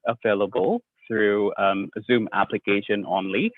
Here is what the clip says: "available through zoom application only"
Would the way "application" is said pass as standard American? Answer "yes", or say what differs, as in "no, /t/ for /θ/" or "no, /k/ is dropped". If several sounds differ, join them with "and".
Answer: yes